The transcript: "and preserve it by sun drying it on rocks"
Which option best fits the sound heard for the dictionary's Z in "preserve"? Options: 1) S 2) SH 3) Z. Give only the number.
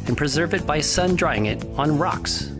3